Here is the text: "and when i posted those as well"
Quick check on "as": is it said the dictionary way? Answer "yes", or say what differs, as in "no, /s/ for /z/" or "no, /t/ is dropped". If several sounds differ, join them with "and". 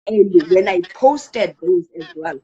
yes